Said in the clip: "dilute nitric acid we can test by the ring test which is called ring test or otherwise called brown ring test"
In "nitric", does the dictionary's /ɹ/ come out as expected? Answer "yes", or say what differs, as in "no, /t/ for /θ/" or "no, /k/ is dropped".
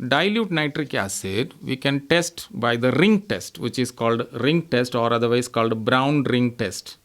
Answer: yes